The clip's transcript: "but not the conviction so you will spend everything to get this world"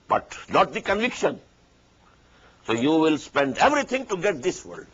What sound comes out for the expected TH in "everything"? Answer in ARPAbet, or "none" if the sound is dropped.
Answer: T